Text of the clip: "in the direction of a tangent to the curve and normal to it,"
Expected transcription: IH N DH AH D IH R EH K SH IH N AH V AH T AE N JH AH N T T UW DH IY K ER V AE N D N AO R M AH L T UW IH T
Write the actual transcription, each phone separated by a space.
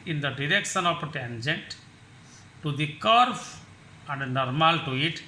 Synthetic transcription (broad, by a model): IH N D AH D IH R EH K SH IH N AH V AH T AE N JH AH N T T UW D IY K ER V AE N D N AO R M AH L T UW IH T